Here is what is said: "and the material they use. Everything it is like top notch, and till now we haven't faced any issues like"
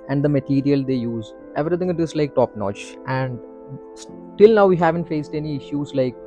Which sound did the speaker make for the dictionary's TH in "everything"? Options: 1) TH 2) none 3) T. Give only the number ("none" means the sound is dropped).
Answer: 3